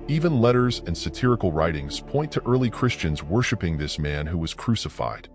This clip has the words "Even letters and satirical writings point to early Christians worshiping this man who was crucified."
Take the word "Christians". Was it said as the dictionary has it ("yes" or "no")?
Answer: yes